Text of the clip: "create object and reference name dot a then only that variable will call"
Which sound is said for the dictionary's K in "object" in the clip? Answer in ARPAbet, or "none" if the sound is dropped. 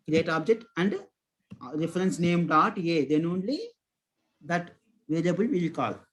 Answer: K